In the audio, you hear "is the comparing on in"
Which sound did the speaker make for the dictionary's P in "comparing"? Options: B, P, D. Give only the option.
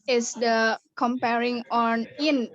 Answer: P